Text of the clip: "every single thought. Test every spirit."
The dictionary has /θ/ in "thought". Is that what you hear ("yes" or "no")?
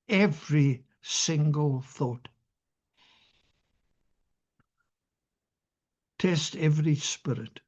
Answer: yes